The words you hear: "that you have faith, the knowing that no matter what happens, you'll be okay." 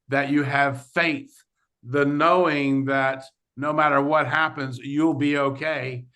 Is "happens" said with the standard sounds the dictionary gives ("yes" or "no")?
yes